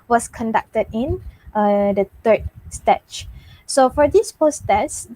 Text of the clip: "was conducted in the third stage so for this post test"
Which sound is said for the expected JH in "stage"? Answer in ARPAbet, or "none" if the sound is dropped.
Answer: CH